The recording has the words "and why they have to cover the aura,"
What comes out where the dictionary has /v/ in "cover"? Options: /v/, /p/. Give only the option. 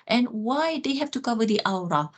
/v/